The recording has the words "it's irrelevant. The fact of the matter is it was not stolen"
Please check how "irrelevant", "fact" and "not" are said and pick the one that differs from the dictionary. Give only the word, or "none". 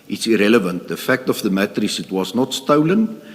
none